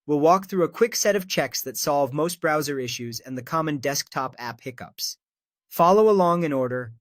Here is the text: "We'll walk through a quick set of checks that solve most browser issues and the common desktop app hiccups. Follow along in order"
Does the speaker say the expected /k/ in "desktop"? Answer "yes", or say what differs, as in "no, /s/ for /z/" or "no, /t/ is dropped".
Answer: yes